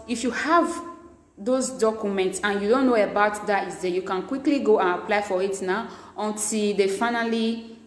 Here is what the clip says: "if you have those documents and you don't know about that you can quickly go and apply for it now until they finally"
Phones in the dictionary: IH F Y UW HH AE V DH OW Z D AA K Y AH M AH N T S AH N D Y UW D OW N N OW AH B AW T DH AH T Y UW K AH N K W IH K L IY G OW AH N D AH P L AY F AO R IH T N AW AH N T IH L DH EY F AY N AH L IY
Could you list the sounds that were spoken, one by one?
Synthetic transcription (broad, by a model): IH F Y UW HH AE V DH OW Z D AA K Y AH M AH N T S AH N Y UW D OW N N OW AH B AW T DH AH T Y UW K AH N K W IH K L IY G OW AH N AH P L AY F AO R IH T N AW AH N T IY L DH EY F AY N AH L IY